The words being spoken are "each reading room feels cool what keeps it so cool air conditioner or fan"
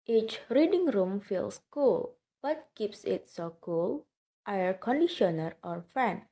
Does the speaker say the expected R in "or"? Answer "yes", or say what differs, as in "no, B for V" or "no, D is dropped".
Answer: yes